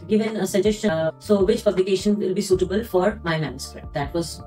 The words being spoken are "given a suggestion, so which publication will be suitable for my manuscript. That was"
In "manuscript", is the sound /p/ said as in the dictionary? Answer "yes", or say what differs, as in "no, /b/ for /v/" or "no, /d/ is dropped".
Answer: no, /p/ is dropped